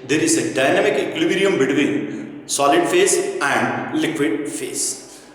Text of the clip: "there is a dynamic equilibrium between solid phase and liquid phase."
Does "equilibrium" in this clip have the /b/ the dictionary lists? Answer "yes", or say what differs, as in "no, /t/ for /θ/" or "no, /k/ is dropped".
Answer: no, /b/ is dropped